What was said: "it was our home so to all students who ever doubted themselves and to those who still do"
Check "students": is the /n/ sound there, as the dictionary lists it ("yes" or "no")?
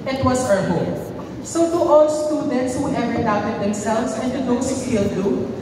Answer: yes